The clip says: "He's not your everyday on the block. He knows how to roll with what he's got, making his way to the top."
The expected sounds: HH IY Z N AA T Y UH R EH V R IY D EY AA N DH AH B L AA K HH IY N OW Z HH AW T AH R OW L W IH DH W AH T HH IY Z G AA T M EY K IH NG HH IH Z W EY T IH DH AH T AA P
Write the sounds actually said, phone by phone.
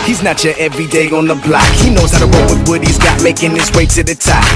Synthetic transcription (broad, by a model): HH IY Z N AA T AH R EH V R IY D EY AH N DH AH B L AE K HH IY N OW Z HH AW T AH W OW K W IH DH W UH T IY Z G AA T M EY K IH NG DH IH S W EY T IH DH AH T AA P